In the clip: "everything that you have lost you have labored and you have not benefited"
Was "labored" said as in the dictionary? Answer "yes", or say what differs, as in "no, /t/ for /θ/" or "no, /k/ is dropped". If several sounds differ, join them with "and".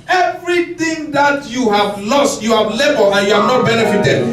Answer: no, /d/ is dropped